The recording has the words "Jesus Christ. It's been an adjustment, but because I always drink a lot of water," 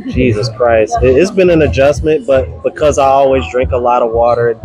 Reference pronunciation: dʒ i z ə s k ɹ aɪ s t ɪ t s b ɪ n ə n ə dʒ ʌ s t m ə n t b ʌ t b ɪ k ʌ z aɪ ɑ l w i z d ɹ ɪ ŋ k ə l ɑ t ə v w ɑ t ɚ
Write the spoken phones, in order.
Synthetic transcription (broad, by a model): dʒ i z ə s k ɹ aɪ s t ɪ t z b ɪ n ə n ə dʒ ʌ s m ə n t b ʌ t b ɪ k ʌ z aɪ ɑ l w i z d ɹ ɪ ŋ k ə l ɑ t ə v w ɑ t ɚ